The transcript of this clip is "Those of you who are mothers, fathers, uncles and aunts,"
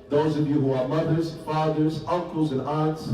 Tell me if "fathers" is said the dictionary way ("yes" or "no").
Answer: yes